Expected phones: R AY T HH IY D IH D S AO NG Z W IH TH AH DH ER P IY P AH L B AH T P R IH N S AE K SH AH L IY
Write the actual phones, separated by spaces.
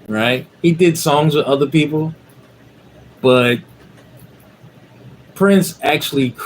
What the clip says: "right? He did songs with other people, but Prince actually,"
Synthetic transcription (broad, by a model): R AY T HH IY D IH D S AO NG Z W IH AH DH ER P IY P L B AH T P R IH N S AE K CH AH L IY